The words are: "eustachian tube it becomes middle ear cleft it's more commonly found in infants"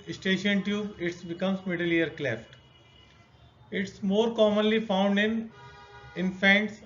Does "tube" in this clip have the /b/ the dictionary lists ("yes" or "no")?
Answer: no